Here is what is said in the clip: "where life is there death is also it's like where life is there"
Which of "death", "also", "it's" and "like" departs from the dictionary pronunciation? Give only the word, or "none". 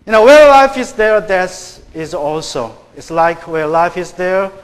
death